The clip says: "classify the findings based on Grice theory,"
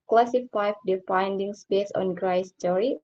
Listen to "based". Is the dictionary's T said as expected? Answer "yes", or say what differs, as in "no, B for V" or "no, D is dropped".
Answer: no, T is dropped